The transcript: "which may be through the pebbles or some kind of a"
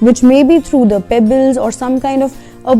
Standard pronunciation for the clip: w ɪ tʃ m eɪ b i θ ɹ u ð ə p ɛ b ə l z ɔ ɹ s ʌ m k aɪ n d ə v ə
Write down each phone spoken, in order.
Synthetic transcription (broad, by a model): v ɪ tʃ m eɪ b i t ɹ u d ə p ɛ b ə l z ɔ ɹ s ʌ m k aɪ n d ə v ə